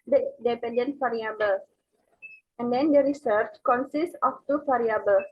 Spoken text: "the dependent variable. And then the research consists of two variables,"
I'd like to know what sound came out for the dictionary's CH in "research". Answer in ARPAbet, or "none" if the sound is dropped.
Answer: CH